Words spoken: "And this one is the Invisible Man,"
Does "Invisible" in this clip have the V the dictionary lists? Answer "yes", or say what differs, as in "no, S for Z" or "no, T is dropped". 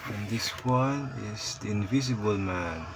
yes